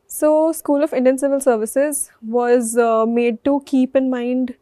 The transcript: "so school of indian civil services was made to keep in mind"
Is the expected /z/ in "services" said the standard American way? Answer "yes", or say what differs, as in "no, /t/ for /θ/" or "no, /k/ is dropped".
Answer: yes